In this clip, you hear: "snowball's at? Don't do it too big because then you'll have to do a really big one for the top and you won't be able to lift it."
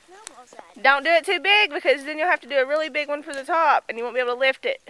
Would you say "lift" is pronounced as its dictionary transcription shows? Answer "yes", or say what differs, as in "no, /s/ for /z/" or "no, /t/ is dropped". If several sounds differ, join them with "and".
yes